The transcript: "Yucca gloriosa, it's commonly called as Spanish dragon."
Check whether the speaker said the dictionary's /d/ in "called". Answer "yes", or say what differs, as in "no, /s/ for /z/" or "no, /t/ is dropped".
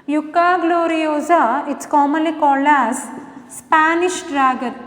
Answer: no, /d/ is dropped